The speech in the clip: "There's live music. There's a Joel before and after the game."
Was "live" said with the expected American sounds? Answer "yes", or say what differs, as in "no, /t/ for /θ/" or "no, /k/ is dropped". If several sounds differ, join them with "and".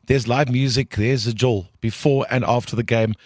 yes